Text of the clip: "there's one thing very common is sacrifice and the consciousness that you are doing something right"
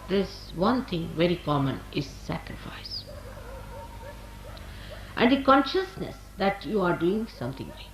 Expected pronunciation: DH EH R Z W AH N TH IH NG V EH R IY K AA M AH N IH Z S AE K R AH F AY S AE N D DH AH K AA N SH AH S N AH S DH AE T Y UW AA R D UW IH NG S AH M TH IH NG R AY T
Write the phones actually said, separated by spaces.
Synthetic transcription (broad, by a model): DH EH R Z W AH N T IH NG V EH R IY K AA M AH N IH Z S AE K R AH F AY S AE N D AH K AA N SH AH S N AH S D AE T Y UW AA R D UW IH NG S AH M T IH NG